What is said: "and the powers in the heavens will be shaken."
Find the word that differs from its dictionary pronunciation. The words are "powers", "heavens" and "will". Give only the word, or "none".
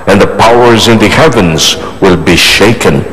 none